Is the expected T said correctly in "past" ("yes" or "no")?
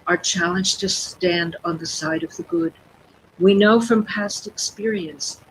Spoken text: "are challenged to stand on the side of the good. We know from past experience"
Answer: yes